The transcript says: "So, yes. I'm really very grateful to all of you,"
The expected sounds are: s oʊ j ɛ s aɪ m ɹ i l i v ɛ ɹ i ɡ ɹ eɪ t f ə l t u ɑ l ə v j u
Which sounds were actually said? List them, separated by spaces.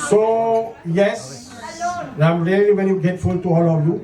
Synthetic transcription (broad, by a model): s oʊ j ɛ s aɪ m ɹ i l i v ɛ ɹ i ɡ eɪ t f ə l t u ɑ l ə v j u